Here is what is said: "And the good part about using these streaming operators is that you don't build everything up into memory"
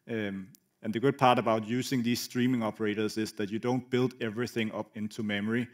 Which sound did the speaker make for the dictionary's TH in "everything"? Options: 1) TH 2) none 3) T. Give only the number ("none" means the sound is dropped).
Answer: 1